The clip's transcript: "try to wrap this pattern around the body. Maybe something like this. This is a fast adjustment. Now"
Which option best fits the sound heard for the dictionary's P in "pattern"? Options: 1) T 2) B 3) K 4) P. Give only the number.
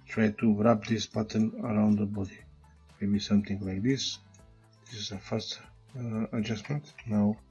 2